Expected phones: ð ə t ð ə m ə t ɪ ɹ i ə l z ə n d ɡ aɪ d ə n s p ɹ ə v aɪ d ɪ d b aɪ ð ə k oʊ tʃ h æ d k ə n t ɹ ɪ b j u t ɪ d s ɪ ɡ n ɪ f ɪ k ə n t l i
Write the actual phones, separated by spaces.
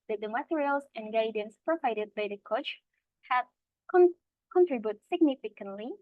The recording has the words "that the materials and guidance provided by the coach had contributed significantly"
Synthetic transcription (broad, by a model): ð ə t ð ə m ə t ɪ ɹ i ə l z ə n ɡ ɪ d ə n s p ɹ ə v aɪ d ɪ d b aɪ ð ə k oʊ tʃ h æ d k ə n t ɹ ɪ b j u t s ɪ ɡ n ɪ f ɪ k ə n t l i